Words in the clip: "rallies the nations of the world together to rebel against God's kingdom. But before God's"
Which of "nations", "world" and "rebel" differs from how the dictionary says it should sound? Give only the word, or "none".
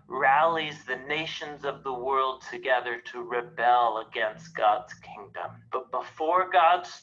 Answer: none